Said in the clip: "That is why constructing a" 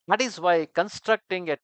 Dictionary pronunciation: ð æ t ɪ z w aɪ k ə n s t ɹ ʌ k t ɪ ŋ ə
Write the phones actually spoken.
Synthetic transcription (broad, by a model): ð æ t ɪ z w aɪ k ə n s t ɹ ʌ k t ɪ ŋ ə